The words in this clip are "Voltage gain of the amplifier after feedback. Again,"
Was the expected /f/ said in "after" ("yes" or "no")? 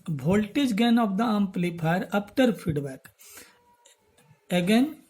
no